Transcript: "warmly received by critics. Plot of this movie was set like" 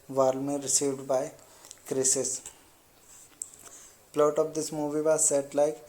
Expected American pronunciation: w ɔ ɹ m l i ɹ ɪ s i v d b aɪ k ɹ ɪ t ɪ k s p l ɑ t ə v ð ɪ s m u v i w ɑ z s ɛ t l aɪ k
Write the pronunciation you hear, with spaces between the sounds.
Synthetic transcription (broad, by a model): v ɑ ɹ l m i ɹ ɪ s i v d b aɪ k ɹ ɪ s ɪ s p l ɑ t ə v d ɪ s m u v i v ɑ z s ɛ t l aɪ k